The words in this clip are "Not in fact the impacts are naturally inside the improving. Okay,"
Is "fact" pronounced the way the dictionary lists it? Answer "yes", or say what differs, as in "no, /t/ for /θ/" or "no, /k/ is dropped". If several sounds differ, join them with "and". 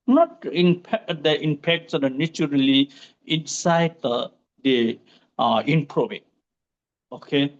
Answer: no, /k/ is dropped